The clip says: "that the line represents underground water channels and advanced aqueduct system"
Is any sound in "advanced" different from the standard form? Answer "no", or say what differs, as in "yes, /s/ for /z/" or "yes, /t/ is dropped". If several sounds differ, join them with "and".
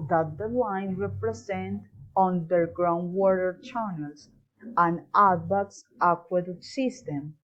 yes, /b/ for /v/